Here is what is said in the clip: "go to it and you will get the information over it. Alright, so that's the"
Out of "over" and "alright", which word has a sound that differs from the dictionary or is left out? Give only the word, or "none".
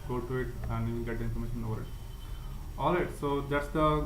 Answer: alright